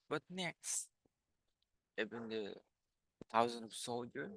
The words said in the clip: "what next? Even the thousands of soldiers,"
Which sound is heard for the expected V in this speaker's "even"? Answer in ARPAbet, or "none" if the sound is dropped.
B